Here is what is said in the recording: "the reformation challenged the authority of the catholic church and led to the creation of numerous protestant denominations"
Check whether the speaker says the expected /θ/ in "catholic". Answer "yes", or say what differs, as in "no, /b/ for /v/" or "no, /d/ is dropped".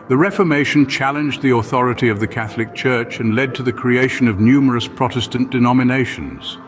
yes